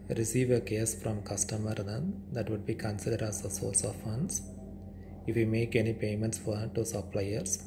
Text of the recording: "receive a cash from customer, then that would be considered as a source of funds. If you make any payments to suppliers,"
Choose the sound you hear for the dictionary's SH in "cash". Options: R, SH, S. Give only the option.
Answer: S